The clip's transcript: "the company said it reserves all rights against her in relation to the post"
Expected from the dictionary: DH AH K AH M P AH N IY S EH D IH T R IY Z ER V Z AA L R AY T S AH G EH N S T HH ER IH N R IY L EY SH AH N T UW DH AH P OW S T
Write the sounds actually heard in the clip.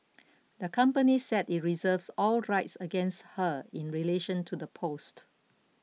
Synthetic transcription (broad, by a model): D AH K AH M P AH N IY S EH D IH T R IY Z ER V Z AA L R AY T S AH G EH N S T HH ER IH N R IY L EY SH AH N T UW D AH P OW S T